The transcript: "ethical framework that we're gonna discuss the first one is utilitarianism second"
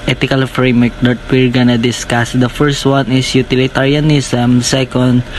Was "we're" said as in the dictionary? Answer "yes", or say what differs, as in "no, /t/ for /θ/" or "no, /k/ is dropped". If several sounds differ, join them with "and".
yes